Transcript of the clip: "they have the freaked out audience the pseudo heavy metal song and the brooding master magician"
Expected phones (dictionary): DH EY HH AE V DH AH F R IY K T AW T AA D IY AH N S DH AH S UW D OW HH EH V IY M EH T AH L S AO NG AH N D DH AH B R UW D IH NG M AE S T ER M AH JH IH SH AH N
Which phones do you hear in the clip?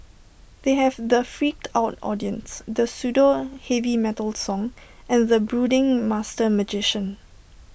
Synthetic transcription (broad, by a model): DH EY HH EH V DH AH F R IY K T AW T AA D IY AH N S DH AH S UW D OW HH EH V IY M EH T AH L S AO NG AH N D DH AH B R UW D IH NG M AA S T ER M AH JH IH SH AH N